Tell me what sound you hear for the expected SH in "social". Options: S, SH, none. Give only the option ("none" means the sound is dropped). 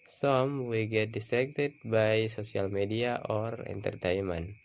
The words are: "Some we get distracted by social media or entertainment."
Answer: S